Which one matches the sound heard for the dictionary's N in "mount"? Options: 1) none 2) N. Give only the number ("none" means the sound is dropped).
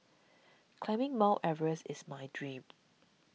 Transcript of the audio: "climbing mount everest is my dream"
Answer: 1